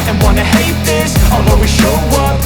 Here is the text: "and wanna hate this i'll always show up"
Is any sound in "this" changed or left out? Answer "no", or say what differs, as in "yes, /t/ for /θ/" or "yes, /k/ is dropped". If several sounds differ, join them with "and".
no